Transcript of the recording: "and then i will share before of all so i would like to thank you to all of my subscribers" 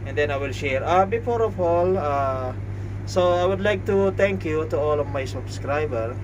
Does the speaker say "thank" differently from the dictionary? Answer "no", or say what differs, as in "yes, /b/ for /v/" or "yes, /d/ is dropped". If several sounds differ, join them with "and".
yes, /t/ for /θ/